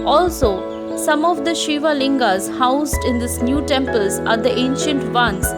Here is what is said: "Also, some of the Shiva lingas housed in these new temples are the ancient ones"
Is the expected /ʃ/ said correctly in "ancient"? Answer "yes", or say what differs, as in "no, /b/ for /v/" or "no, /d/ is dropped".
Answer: yes